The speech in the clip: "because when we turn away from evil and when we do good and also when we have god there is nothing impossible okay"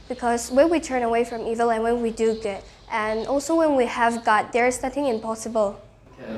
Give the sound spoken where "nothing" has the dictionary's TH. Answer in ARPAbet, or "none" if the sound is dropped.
TH